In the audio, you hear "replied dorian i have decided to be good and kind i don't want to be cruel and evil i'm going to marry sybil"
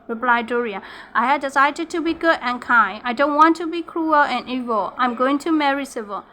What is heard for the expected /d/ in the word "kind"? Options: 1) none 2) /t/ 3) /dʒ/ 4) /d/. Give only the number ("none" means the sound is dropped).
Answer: 1